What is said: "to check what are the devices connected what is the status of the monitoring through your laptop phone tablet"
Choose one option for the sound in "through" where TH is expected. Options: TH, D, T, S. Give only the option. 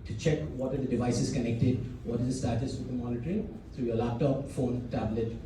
T